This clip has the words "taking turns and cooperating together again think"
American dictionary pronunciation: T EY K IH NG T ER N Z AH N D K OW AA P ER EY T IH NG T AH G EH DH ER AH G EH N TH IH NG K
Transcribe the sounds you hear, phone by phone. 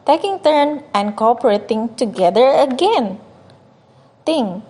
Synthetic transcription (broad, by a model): T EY K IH NG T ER N AH N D K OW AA P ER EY T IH NG T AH G EH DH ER AH G EH N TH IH NG